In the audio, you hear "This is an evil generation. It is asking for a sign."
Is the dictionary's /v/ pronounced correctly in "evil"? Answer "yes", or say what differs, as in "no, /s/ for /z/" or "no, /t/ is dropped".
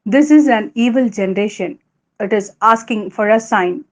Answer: yes